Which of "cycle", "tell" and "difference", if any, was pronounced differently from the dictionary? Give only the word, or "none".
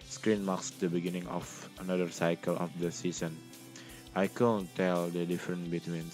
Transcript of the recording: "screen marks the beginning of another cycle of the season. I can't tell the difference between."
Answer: difference